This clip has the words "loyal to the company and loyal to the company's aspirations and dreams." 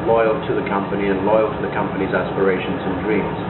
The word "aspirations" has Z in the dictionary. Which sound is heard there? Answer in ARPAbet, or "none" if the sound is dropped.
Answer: Z